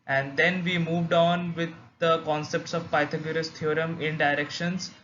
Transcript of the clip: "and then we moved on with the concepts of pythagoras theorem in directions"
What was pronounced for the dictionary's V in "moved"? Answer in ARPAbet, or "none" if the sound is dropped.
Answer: V